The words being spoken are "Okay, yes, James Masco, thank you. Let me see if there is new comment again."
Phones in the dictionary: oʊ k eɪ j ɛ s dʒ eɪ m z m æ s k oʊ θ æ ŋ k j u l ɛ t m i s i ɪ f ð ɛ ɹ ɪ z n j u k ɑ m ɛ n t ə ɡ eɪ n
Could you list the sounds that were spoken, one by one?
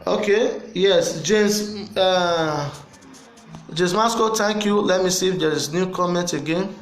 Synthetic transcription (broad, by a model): oʊ k eɪ j ɛ s dʒ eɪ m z m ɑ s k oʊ t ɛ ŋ k j u l ɛ t m i s i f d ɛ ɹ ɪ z n j u k ɑ m ɛ n t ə ɡ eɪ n